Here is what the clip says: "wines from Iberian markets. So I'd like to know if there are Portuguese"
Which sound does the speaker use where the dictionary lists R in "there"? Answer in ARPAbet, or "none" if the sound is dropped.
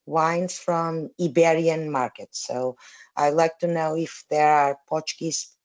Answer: R